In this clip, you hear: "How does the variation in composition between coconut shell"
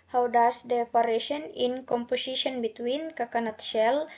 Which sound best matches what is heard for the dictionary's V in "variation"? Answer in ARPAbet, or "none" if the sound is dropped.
P